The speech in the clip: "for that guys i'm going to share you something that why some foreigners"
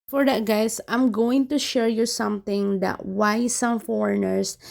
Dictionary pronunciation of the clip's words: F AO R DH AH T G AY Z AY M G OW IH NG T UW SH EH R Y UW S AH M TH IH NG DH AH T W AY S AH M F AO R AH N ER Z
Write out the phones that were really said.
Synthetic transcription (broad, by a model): F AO R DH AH T G AY S AY M G OW IH NG T UW SH EH R Y UW S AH M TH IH NG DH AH T W AY S AH M F AO R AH N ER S